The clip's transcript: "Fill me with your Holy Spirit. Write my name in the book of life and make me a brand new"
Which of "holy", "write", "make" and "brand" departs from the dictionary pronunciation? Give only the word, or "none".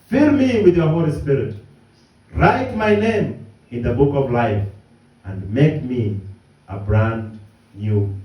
none